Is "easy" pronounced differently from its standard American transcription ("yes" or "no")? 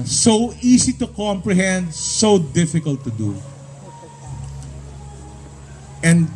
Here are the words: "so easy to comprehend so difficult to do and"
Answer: yes